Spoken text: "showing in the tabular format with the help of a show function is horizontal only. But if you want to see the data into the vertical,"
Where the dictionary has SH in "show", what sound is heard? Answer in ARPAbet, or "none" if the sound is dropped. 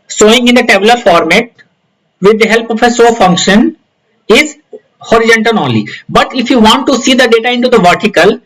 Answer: S